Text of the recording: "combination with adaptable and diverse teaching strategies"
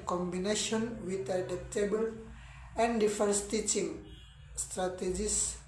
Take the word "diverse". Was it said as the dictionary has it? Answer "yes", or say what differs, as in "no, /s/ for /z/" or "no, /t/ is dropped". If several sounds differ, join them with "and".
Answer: no, /f/ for /v/